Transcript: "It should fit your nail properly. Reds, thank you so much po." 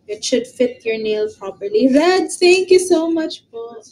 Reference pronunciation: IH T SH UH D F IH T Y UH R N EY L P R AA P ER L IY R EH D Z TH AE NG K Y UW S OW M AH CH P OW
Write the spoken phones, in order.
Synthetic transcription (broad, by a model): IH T SH UH D F IH T Y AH R N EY L P R AA P ER L IY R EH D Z T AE NG K Y UW S OW M AH CH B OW